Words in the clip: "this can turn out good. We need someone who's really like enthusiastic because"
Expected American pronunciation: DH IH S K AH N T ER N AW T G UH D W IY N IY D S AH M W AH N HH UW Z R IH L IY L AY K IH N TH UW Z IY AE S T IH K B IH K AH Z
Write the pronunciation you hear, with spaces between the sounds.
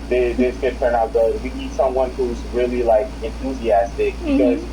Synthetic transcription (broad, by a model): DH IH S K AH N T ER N AW T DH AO W IY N IY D S AH M W AH N HH UW Z R IH L IY L AY K IH N TH UW Z IY AE S T IH K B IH K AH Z